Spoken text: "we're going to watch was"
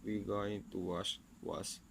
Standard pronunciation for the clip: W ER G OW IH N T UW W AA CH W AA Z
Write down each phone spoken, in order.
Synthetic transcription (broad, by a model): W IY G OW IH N T UW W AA SH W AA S